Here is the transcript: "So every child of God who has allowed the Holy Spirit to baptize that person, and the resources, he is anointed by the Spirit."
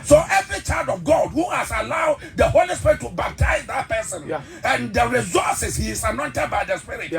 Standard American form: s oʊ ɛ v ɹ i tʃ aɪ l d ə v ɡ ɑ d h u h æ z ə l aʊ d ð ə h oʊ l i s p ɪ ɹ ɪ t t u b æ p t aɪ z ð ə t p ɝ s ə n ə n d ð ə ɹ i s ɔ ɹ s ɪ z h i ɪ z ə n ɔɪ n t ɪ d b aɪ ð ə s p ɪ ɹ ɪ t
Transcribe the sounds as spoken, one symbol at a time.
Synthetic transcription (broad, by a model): s oʊ ɛ v ɹ i tʃ aɪ l d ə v ɡ ɑ d h u h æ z ə l aʊ d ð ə h oʊ l i s p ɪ ɹ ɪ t t u b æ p t aɪ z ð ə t p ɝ s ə n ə n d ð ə ɹ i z ɔ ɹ s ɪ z h i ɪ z ə n ɔɪ n t ɪ d b aɪ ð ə s p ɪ ɹ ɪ t